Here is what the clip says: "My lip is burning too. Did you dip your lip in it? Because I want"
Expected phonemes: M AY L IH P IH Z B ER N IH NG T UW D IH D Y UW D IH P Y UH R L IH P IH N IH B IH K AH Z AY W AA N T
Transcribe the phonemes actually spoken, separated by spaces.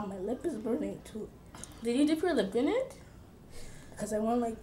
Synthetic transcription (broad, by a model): M AY L IH P IH Z B ER N IH NG T UW D IH D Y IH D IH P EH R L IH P IH N IH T K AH Z AY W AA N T